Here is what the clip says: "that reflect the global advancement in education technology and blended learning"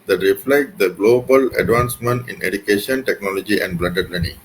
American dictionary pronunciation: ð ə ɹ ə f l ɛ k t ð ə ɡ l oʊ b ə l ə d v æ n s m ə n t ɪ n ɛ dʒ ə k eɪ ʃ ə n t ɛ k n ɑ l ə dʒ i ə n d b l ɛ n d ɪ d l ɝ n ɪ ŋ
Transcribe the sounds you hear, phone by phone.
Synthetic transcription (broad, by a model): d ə ɹ ə f l ɛ k t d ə ɡ l oʊ b ə l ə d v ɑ n s m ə n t ɪ n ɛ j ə k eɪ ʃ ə n t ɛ k n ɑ l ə dʒ i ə n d b l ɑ d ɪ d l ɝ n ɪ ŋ